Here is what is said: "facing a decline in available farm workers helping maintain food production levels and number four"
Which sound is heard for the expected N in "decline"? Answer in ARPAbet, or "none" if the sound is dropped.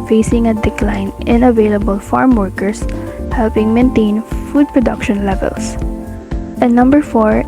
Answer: N